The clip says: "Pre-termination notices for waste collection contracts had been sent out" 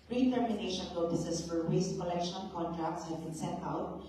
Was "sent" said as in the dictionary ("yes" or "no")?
no